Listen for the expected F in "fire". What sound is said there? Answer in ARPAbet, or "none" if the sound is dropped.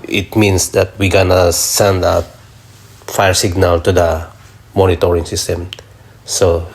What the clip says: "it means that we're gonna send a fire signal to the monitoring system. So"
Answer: F